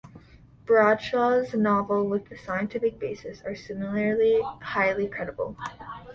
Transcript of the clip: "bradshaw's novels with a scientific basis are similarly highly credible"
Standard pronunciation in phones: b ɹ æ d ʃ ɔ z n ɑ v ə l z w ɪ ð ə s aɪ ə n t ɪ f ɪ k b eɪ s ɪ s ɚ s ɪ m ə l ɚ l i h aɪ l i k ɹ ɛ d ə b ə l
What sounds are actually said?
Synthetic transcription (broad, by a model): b ɹ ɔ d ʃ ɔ z n ɑ v l w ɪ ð ə s aɪ ə n t ɪ f ɪ k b eɪ s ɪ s ɚ s ɪ m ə l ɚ l i h aɪ l i k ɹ ɛ d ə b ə l